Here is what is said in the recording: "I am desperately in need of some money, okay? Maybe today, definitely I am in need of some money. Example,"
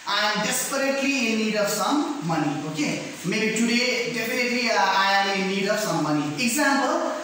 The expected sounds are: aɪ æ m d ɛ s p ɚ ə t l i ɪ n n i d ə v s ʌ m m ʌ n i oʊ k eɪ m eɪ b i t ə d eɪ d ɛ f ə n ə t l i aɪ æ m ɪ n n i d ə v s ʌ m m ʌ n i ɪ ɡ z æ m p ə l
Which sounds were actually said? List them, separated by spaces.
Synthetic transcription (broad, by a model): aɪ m d ɛ s p ɚ ə t l i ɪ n n i d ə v s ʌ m m ʌ n i oʊ k eɪ m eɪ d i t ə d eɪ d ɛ p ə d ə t l i aɪ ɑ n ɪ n n i d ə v s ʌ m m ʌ n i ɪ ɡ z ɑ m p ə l